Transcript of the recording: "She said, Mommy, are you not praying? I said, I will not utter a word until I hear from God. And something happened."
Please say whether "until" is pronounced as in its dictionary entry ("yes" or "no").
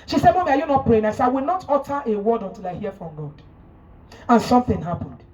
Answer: yes